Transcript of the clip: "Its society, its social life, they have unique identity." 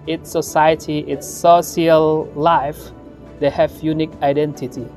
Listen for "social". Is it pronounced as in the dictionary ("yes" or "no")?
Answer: no